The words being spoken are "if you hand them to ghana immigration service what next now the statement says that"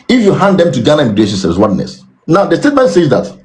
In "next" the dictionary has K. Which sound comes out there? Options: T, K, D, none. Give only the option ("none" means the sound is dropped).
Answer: none